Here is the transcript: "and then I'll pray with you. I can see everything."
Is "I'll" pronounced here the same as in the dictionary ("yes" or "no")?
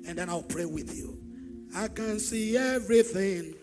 yes